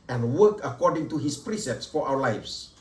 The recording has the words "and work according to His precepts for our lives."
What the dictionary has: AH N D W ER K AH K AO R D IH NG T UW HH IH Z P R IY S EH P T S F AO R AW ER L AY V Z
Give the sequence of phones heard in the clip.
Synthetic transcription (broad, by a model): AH N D W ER K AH K AO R D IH NG T UW HH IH S P R IY S EH P T S F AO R AW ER L AY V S